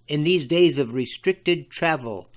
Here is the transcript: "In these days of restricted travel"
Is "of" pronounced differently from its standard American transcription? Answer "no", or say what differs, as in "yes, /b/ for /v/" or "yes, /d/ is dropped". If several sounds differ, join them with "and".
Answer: no